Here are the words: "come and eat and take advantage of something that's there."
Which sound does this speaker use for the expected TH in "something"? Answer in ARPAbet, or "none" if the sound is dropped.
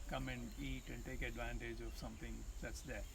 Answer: T